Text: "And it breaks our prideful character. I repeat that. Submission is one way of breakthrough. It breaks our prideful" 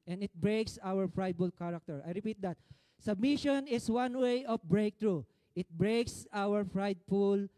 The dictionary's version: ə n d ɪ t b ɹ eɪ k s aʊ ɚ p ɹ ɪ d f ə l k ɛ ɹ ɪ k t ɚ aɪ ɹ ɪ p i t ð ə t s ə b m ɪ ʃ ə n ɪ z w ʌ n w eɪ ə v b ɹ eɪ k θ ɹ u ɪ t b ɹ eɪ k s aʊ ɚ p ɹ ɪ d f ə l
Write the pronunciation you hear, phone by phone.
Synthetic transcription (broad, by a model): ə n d ɪ t b ɹ eɪ k s aʊ ɚ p ɹ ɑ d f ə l k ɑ ɹ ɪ k t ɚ aɪ ɹ ɪ p i t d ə t s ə b m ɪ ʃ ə n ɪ s w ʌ n w eɪ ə f b ɹ eɪ k t ɹ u ɪ t b ɹ eɪ k s aʊ ɚ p ɹ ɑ d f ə l